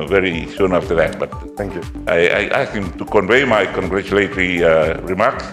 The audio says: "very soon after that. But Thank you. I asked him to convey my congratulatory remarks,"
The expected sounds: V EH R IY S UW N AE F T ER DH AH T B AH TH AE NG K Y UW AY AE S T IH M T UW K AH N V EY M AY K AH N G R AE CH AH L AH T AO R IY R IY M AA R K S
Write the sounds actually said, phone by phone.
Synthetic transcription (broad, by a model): V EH R IY S UW N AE F T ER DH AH T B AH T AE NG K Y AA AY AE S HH IH M T UW K AH N V EY M AY K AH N G R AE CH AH L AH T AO R IY R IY M AA R K S